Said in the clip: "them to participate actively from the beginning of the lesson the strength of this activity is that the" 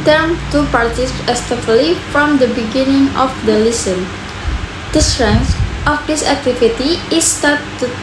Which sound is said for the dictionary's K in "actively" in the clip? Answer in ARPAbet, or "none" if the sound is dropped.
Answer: none